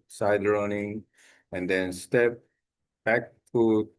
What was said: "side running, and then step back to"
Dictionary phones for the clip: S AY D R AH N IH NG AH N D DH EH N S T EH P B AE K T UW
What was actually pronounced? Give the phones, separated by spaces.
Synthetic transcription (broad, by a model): S AY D R AH N IH NG AH N D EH N S T EH P B AE K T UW